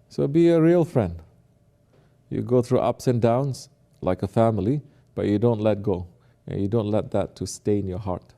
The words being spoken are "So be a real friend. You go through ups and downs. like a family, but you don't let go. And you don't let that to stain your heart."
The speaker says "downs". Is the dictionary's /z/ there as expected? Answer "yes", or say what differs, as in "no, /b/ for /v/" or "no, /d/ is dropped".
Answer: no, /s/ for /z/